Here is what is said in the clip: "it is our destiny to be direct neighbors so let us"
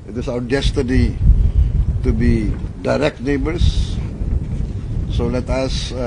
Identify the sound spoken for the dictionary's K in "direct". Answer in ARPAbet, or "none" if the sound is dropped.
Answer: K